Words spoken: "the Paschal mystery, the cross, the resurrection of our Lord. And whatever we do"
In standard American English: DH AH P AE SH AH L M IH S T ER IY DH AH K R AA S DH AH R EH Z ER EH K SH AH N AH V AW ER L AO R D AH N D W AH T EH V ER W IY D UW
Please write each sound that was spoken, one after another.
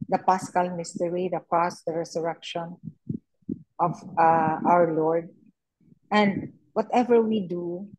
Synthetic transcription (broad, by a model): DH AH P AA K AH L M IH S T ER IY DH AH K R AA S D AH R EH S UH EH K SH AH N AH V AW ER L AO R D AH N D W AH T EH V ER W IY D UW